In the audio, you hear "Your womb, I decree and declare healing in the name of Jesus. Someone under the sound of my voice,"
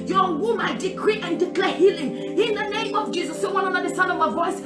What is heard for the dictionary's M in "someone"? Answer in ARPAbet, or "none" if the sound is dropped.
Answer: none